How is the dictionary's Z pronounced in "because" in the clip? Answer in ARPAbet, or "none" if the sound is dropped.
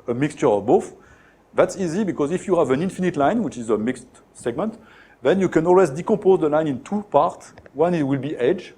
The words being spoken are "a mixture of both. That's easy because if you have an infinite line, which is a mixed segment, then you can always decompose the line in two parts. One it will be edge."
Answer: Z